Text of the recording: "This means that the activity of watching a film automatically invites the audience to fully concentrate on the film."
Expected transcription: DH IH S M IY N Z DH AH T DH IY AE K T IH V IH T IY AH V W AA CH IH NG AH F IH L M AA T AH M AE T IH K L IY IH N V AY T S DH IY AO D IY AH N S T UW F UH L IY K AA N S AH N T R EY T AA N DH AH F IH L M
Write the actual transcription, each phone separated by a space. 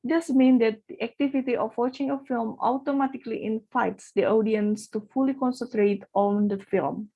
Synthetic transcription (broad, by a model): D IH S M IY N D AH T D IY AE K T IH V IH T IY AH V W AA CH IH NG AH F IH L M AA T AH M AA T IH K L IY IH N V AY T S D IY AO D IY AH N S T UW F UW L IY K AA N S AH N T R EY T AA N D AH F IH L M